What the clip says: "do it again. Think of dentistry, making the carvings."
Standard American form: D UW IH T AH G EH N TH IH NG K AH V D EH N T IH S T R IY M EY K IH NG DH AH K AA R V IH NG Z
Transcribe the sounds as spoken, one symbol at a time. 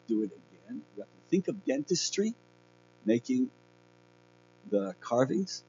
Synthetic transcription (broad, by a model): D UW IH T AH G EH N TH IH NG K AH V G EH N T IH S T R IY M EY K IH NG DH AH K AA R V IH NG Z